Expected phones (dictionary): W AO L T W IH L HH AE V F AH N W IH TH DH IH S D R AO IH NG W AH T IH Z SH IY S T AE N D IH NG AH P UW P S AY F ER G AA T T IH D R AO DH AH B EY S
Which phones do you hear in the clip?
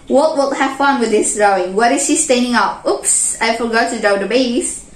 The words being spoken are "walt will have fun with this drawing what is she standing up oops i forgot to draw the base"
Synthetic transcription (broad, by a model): W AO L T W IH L HH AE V F AH N W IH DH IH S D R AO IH NG W AH T IH Z SH IY S T AE N D IH NG AH P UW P S AY F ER G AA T T IH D AO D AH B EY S